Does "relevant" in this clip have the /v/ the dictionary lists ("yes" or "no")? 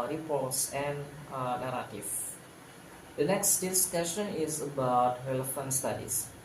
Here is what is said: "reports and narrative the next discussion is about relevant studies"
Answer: no